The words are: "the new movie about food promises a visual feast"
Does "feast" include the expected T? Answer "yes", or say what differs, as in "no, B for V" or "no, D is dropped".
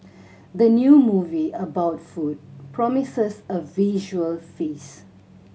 no, T is dropped